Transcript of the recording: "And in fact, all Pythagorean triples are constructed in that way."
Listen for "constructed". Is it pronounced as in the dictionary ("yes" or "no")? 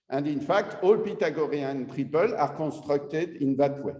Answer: no